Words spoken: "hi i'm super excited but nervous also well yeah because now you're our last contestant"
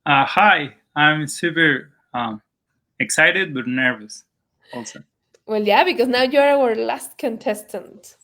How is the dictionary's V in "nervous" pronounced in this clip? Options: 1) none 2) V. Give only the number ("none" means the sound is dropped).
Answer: 2